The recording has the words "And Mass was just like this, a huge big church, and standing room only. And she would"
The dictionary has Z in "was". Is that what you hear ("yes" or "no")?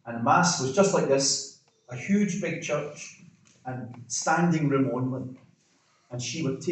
yes